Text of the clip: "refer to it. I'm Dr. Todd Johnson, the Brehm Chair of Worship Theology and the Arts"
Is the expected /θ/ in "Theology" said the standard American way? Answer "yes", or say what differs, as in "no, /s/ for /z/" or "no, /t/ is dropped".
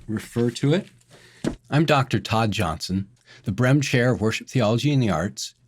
yes